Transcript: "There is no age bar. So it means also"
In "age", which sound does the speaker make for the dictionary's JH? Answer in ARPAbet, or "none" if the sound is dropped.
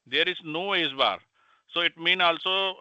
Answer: Z